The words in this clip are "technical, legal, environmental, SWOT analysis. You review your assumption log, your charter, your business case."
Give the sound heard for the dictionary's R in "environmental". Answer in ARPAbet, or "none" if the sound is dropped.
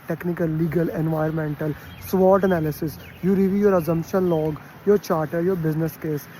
none